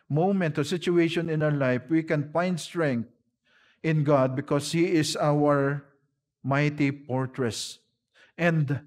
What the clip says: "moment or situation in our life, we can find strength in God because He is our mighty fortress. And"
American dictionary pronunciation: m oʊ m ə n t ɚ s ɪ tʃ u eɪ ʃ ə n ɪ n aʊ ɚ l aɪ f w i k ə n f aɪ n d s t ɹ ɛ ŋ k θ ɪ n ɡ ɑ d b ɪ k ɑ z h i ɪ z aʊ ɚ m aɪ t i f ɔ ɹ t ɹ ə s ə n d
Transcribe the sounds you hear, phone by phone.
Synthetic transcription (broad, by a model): m oʊ m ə n t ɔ s ɪ tʃ u eɪ ʃ ə n ɪ n aʊ ɚ l aɪ f w i k ə n f aɪ n d s t ɹ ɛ ŋ k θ ɪ n ɡ ɑ d b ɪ k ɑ s h i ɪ s aʊ ɚ m aɪ t i p ɔ ɹ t ɹ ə s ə n d